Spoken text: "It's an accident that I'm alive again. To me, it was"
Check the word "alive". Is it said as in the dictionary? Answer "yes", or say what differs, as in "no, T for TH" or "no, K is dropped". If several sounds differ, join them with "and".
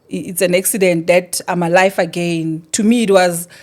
no, F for V